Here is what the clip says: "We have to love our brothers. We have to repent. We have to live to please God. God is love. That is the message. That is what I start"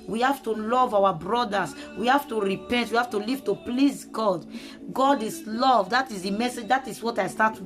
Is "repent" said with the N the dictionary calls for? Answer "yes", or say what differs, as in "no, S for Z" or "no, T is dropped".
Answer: yes